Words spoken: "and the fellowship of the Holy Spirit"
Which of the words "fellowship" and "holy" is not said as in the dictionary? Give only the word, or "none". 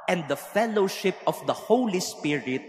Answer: none